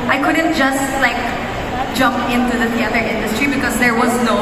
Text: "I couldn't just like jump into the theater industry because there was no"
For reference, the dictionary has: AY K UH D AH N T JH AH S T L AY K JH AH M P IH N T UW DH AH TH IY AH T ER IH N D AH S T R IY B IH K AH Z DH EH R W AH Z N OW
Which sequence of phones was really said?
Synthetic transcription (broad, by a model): AY K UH D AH N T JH AH S T L AY K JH AH M P IH N T UW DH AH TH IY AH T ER IH N D AH S T R IY B IH K AH Z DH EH R W AH Z N OW